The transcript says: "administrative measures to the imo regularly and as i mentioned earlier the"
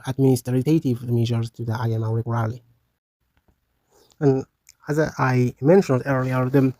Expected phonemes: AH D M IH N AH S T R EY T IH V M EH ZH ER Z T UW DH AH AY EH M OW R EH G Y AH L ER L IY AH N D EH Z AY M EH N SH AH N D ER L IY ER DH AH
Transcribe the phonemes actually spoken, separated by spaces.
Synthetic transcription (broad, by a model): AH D M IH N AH S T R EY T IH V M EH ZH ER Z T UW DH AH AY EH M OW W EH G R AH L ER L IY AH N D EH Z AY M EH N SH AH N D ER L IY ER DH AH